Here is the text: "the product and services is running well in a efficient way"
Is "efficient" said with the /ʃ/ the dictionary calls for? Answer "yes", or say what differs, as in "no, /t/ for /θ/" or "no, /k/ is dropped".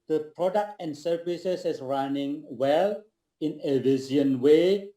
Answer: no, /ʃ/ is dropped